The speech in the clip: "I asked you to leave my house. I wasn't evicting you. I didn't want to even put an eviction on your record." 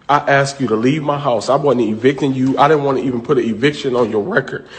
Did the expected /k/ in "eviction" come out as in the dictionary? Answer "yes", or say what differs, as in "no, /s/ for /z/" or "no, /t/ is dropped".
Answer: yes